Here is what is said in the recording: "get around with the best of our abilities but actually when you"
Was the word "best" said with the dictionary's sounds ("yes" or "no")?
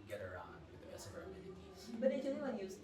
no